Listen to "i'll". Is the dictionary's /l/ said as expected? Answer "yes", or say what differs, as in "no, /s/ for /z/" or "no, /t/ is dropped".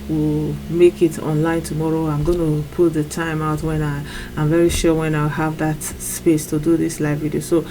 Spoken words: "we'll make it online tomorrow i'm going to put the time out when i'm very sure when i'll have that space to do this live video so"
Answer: no, /w/ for /l/